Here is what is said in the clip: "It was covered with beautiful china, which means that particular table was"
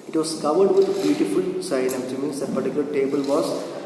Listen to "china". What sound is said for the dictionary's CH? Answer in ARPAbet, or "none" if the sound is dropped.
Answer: S